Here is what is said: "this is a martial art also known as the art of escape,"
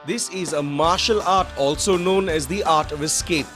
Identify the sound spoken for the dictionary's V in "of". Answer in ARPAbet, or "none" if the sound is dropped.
V